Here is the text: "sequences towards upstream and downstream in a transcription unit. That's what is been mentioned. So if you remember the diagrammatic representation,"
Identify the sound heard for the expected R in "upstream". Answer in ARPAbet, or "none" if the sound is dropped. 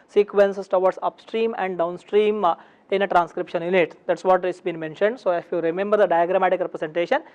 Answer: R